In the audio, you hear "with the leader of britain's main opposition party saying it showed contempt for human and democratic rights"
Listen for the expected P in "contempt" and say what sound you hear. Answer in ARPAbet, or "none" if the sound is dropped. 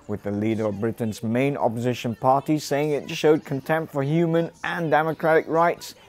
P